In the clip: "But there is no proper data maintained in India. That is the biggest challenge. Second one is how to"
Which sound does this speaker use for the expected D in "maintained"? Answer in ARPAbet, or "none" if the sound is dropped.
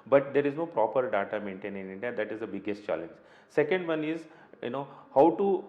none